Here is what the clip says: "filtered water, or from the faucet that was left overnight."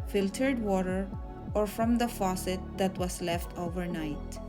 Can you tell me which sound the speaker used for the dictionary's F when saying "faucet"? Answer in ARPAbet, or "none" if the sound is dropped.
F